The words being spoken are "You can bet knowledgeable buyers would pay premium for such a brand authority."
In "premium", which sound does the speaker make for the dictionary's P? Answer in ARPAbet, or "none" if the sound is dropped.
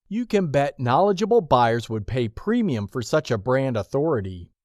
P